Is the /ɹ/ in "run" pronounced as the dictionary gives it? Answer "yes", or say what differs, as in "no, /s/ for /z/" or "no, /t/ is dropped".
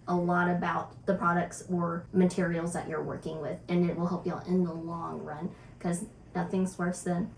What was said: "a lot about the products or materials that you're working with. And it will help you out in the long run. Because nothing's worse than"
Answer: yes